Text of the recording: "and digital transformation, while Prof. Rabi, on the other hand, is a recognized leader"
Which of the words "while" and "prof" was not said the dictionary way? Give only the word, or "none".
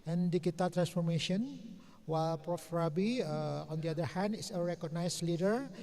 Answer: none